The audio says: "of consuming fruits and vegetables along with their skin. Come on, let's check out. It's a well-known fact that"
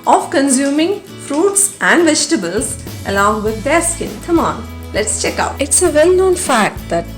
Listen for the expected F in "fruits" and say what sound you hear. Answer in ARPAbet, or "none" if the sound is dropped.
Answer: F